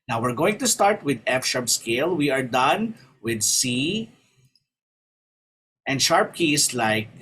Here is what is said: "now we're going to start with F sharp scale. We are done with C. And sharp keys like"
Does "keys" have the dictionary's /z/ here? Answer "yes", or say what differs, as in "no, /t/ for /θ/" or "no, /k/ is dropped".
no, /s/ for /z/